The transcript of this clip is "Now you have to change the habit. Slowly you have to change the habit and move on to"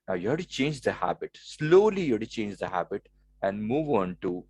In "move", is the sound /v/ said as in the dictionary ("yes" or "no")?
yes